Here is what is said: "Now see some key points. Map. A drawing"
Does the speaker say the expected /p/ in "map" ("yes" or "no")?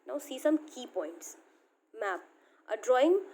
yes